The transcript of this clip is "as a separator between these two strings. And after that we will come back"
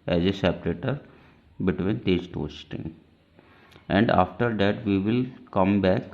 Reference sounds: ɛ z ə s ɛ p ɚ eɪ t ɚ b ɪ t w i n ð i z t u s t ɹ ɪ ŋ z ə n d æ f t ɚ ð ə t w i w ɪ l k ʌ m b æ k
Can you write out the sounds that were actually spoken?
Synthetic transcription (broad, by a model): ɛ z ə s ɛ p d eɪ t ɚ b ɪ t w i n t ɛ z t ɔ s t ɪ ŋ ə n d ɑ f t ɚ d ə t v i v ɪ l k ʌ m b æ k